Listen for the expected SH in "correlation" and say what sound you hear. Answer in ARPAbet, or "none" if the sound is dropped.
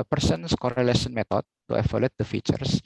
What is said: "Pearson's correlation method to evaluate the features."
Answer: S